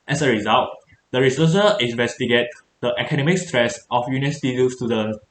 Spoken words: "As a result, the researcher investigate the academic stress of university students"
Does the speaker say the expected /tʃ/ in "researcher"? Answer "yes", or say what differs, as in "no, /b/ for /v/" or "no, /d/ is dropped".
no, /s/ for /tʃ/